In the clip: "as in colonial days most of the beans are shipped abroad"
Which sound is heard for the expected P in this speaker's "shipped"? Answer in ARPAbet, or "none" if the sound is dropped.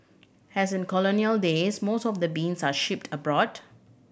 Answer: P